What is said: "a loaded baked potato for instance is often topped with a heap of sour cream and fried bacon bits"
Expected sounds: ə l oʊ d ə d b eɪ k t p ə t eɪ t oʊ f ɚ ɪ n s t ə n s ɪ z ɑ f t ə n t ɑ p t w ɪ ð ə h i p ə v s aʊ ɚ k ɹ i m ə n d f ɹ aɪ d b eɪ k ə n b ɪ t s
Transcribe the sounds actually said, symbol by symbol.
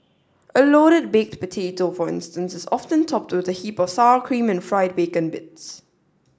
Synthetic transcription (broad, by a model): ə l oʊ d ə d b eɪ k t p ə t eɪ t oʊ f ɚ ɪ n s t ə n s ɪ z ɑ f t ə n t ɑ p t w ɪ ð ə h i p ə v s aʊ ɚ k ɹ i m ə n f ɹ aɪ d b eɪ k ə n b ɪ t s